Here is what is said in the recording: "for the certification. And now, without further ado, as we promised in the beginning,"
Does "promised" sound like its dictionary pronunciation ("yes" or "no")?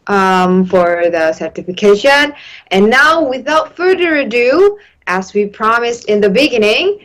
yes